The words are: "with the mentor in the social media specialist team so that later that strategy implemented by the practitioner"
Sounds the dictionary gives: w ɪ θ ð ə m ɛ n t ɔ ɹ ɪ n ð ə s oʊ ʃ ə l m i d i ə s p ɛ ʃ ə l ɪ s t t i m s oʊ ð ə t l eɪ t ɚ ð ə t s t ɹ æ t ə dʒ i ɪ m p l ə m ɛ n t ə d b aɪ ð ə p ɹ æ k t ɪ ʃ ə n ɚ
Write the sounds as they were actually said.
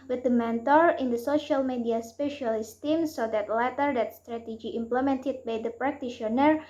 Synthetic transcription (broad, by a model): w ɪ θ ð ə m ɛ n t ɔ ɹ ɪ n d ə s oʊ ʃ ə l m i d i ə s p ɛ ʃ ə l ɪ s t t i m s oʊ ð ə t l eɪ t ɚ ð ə t s t ɹ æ t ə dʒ i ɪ m p l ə m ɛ n t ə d b aɪ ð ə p ɹ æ k t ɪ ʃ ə n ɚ